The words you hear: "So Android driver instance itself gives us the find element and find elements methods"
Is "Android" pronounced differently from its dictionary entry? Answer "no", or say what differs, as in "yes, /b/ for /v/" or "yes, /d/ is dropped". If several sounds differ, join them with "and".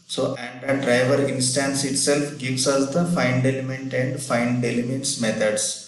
yes, /ɹ/ is dropped